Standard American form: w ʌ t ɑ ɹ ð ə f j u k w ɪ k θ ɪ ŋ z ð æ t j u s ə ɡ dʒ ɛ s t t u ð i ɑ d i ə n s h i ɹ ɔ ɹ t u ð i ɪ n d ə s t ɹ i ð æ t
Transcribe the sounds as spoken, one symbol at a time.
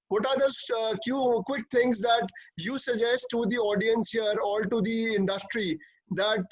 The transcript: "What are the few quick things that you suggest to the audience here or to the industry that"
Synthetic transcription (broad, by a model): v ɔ t ɑ ɹ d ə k j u k w ɪ k t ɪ ŋ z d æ t j u s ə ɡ dʒ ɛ s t t u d i ɑ d i ə n s h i ɹ ɔ l t u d i ɪ n d ə s t ɹ i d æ t